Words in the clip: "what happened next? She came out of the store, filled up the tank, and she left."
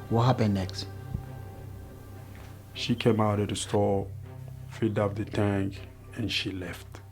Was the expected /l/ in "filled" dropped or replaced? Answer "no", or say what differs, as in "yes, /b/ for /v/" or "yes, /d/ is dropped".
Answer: yes, /l/ is dropped